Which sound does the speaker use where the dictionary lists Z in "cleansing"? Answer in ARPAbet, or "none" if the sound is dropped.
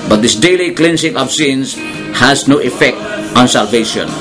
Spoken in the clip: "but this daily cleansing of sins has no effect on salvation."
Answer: S